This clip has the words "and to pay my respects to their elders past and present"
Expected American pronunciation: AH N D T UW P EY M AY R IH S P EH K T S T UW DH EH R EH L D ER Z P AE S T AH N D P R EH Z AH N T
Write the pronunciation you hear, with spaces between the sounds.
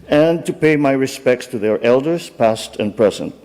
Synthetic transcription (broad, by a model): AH N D T UW P EY M AY R IH S P EH K T S T UW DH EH R EH L D ER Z P AE S T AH N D P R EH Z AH N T